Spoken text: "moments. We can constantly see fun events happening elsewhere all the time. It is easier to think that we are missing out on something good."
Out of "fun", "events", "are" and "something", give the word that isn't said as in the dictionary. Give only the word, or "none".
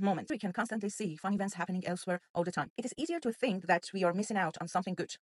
none